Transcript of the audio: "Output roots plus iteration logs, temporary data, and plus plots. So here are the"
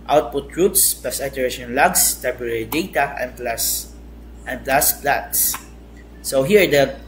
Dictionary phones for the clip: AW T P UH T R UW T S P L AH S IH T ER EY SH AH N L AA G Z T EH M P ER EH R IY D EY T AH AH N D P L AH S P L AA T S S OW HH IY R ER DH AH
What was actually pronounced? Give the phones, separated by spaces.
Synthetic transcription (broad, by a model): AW T P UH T R UW T S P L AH S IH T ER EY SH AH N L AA G S T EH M P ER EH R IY D EY T AH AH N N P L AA S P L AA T S S OW HH IY R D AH